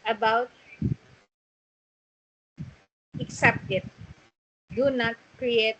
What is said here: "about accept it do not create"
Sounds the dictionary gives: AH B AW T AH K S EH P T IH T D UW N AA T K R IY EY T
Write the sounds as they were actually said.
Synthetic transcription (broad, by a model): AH B AW T AH K S EH P T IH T D UW N AA T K R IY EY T